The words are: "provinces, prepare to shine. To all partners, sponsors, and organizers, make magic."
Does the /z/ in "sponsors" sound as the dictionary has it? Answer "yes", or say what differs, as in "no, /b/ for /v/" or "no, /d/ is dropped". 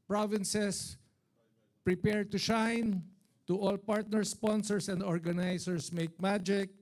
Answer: no, /s/ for /z/